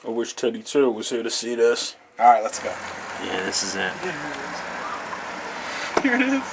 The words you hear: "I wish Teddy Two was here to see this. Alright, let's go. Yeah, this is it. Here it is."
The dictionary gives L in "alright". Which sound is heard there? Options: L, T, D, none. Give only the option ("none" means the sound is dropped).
none